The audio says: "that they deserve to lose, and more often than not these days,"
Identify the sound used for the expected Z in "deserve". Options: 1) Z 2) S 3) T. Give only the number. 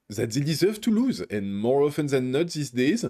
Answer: 1